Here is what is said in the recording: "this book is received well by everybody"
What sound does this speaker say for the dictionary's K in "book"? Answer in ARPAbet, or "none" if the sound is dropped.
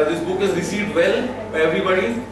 K